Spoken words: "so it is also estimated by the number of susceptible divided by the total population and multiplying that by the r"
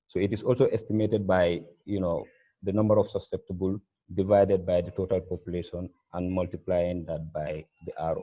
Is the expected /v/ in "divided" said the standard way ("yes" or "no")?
yes